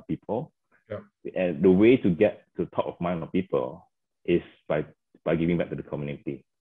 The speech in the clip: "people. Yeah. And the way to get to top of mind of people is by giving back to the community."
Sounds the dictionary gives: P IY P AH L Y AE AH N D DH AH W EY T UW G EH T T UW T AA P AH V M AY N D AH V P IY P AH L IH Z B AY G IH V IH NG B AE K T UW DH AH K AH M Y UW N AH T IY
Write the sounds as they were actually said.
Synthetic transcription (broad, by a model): P IY P AH L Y AH N D AH W EY T UW G EH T T UW T AA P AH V M AY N AH P IY P AH L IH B B AY G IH V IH NG B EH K T UW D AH K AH M Y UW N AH T IY